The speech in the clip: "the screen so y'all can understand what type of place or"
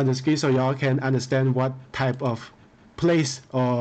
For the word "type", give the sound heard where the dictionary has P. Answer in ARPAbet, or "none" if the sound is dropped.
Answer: P